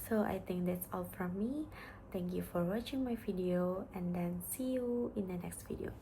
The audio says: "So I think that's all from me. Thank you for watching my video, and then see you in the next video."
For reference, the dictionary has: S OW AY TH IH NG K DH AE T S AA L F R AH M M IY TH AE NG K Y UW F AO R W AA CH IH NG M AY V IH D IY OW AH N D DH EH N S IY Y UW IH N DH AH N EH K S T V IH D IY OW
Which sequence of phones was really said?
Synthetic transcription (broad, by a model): S OW AY T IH NG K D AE T S AA L F R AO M M IY T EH NG K Y UW F AO R W AA CH IH NG M AY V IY D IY OW AH N D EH N S IY Y UW IH N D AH N EH K S T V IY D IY OW